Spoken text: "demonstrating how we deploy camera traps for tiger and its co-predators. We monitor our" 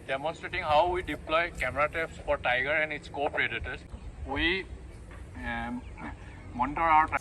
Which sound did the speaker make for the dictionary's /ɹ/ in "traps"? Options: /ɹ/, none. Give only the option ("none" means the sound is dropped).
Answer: none